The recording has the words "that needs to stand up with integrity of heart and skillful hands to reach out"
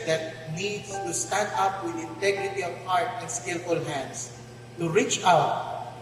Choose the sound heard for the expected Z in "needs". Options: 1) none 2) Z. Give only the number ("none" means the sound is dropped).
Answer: 1